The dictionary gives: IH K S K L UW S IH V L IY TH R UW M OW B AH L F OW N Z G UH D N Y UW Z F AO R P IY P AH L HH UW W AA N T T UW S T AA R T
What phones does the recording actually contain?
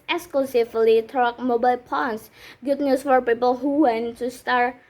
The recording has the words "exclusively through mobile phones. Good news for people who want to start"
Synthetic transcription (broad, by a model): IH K S K L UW S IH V L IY T R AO M OW B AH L P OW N S G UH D N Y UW S F AO R P IY P AH L HH UW W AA N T T UW S T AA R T